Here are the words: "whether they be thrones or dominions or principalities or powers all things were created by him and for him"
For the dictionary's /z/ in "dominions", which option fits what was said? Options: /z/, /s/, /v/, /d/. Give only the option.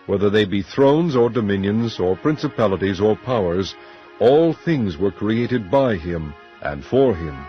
/z/